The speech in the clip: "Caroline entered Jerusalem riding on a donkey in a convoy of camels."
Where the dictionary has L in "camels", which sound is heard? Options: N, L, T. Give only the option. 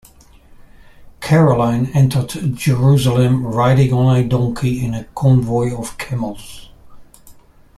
L